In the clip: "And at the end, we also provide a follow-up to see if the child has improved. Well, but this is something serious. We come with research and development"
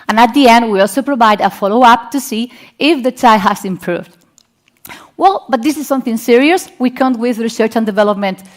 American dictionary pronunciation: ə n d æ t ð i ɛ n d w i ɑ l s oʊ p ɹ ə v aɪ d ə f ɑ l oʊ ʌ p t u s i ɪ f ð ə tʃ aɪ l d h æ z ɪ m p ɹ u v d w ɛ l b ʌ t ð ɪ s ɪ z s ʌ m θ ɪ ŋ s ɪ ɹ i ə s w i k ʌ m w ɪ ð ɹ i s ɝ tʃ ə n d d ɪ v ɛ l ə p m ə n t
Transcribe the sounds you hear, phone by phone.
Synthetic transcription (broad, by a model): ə n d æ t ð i ɛ n d w i ɑ l s oʊ p ɹ ə v aɪ d ə f ɑ l oʊ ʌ p t u s i ɪ f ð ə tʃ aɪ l h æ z ɪ m p ɹ u v d w ɛ l b ʌ t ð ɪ s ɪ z s ʌ m θ ɪ ŋ s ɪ ɹ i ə s w i k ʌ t w ɪ ð ɹ i s ɝ tʃ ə n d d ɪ v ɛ l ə p m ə n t